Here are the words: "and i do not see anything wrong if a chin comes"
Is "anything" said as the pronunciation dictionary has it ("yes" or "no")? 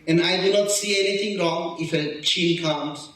no